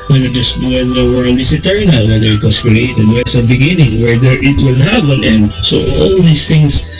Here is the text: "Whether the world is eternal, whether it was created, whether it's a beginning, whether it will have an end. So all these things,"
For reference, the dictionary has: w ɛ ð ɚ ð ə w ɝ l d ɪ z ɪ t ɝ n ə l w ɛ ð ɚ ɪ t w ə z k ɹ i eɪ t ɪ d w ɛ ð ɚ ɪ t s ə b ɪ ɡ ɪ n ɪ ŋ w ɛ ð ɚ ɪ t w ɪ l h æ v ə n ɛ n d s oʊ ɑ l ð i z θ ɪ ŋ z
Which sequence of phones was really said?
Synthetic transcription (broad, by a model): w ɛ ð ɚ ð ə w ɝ n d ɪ s ɪ t ɝ n ə l w ɛ ð ɚ ɪ t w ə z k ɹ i eɪ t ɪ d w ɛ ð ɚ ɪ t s ə b ɪ ɡ ɪ n ɪ ŋ w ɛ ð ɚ ɪ t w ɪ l h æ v ə n ɛ n d s oʊ ɑ l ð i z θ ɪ ŋ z